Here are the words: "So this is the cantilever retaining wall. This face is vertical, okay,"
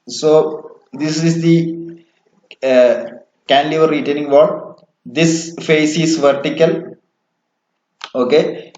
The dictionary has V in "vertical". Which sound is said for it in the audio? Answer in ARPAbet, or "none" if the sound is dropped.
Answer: V